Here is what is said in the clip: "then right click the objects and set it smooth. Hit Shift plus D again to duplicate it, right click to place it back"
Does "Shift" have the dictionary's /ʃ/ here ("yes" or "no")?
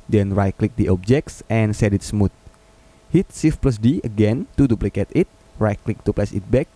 no